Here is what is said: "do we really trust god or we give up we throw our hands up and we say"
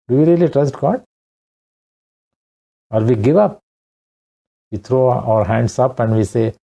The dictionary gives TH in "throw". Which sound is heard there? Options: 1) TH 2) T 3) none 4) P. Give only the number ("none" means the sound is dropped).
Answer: 2